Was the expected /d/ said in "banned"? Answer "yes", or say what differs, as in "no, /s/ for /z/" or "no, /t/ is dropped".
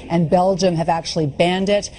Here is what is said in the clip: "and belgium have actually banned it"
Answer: yes